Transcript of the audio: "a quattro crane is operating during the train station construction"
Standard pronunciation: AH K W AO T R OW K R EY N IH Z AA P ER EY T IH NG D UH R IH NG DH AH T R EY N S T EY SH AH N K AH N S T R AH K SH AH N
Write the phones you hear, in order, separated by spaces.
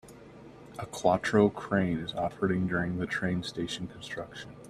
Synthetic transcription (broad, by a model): AH K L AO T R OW K R EY N IH Z AA F ER IH NG D UH R IH NG DH AH T R EY N S T EY SH N K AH N S T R AH K SH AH N